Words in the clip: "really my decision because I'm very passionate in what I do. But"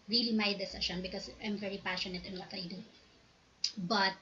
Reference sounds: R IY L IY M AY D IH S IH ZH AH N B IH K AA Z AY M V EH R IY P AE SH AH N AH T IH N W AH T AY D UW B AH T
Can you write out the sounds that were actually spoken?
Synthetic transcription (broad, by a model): R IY L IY M AY D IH S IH SH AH N B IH K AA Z AY M V EH R IY P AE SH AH N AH T IH N W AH T AY D UW B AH T